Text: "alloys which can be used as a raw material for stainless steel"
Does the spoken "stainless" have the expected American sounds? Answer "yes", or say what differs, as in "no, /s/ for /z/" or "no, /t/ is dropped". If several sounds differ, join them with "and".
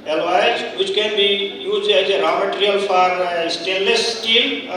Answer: no, /n/ is dropped